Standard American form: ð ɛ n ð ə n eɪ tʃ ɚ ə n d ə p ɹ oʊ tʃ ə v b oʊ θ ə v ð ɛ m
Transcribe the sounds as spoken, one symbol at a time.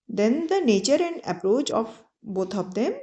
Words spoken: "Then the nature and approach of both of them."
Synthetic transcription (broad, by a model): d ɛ n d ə n eɪ tʃ ɚ ə n d ə p ɹ oʊ tʃ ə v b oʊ t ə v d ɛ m